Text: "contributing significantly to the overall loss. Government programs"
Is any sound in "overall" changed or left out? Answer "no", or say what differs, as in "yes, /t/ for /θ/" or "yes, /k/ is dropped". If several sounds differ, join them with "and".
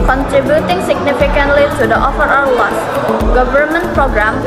yes, /f/ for /v/ and /w/ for /l/